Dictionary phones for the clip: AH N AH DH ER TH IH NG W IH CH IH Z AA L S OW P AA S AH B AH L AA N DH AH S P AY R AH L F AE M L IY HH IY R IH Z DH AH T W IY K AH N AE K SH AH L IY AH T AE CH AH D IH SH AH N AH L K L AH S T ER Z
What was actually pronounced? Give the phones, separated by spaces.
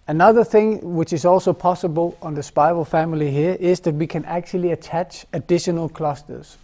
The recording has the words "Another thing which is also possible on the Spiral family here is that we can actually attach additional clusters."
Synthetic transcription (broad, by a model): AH N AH DH ER TH IH NG W IH CH IH Z AA L S OW P AA S AH B AH L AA N DH AH S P AY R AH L F AE M L IY HH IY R IH Z DH AH T W IY K AH N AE K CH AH L IY AH T AE CH AH D IH SH AH N AH L K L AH S T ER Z